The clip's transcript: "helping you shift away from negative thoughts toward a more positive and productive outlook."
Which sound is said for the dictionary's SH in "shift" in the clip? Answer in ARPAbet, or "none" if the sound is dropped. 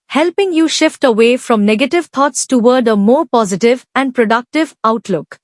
SH